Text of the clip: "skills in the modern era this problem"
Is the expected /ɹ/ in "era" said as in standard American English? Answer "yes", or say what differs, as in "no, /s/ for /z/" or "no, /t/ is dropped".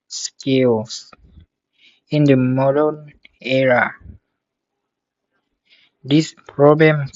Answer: yes